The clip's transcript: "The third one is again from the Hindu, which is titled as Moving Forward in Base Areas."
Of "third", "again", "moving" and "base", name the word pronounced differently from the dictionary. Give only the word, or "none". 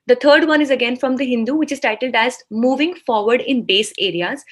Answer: third